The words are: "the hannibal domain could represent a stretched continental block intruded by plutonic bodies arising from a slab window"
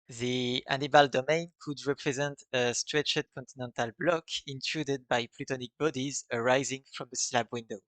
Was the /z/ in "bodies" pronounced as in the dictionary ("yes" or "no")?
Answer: yes